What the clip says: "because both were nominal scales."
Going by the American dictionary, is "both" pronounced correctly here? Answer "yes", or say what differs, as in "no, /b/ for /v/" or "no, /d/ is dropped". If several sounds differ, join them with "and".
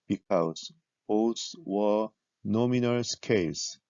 no, /s/ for /θ/